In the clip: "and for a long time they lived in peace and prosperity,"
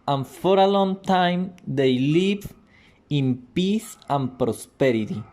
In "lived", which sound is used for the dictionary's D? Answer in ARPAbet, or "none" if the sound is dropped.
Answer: none